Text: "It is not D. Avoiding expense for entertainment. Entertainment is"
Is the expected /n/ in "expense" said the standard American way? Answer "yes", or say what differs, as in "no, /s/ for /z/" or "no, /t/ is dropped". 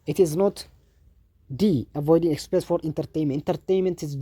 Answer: no, /n/ is dropped